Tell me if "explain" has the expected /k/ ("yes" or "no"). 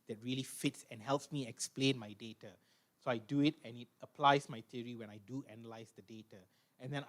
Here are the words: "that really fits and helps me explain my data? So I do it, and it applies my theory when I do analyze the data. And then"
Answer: yes